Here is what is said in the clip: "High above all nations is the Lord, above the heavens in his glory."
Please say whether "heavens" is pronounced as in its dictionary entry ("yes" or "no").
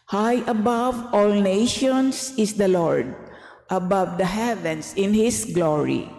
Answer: no